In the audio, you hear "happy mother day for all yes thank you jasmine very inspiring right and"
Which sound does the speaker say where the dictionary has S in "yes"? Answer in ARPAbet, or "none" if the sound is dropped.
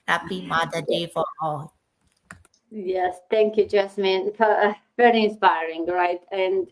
S